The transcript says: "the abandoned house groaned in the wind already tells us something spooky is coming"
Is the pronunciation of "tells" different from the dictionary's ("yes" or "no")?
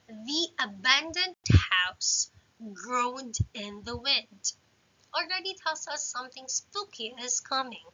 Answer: yes